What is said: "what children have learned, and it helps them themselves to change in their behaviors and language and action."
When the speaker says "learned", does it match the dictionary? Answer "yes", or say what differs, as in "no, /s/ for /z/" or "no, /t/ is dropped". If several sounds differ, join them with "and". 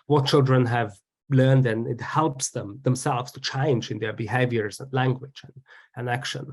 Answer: yes